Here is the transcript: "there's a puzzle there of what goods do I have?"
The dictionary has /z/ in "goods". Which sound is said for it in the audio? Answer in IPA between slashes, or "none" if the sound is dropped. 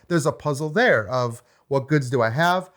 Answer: /z/